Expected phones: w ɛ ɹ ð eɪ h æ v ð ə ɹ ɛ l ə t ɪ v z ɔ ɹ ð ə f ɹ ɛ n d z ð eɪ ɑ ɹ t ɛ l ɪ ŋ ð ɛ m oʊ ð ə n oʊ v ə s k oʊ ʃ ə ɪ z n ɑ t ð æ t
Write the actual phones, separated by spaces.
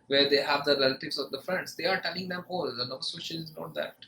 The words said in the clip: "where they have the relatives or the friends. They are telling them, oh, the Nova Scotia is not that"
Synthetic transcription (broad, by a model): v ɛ ɹ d eɪ h æ v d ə ɹ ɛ l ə t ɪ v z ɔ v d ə f ɹ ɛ n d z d eɪ ɑ ɹ t ɛ l ɪ ŋ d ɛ m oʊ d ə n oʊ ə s oʊ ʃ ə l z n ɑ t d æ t